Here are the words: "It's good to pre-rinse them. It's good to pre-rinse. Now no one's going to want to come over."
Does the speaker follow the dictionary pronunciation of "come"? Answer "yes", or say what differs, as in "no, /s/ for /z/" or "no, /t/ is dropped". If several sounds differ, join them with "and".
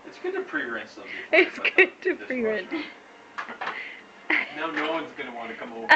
yes